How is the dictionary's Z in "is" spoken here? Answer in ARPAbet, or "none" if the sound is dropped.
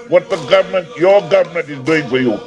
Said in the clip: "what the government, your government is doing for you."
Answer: Z